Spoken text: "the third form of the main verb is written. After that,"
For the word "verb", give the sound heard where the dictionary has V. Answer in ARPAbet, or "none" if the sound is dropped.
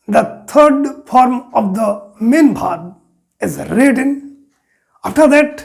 B